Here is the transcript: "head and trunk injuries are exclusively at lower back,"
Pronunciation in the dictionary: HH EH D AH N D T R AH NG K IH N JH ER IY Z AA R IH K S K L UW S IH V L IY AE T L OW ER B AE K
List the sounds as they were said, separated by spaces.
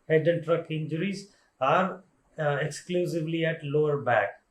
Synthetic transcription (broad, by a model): HH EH D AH N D T R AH K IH N JH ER IY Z AA R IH K S K L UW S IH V L IY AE T L OW ER B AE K